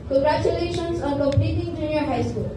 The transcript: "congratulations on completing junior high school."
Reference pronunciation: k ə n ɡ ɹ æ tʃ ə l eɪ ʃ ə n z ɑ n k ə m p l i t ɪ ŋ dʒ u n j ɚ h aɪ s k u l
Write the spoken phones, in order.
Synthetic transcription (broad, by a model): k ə ɡ ɹ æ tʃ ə l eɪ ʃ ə n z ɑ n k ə p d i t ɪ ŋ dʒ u n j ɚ h aɪ s k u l